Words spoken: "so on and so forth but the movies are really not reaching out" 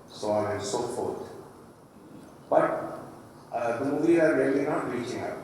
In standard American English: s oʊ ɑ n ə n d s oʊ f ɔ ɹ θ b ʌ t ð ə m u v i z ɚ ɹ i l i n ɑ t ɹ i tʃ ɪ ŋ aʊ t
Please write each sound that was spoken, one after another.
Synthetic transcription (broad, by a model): s oʊ ɑ n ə n s oʊ f ɔ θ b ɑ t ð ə m u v i ɑ ɹ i l i n ɑ t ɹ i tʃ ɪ ŋ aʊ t